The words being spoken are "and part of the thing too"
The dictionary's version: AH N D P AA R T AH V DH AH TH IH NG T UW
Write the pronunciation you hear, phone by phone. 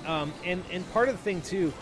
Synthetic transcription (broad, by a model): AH N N P AA R T AH V DH AH TH IH NG T UW